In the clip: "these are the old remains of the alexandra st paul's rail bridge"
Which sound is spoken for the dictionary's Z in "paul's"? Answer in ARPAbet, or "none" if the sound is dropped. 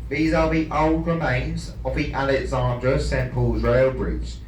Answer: Z